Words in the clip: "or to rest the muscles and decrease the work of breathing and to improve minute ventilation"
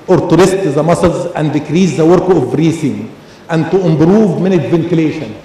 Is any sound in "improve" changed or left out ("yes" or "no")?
yes